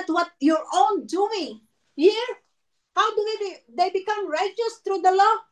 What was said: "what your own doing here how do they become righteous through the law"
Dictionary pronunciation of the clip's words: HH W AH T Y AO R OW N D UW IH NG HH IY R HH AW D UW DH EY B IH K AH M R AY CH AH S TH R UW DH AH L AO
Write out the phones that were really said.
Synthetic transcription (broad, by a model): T W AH T Y AO R OW N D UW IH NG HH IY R HH AW D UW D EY B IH K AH M R AY CH AH S T R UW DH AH L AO